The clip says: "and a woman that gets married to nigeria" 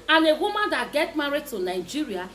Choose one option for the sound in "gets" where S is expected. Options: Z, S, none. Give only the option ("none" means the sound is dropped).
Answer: none